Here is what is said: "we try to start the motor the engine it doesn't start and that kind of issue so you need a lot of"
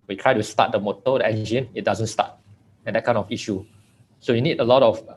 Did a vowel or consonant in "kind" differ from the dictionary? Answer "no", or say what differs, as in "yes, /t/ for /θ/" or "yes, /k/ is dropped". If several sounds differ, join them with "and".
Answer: yes, /d/ is dropped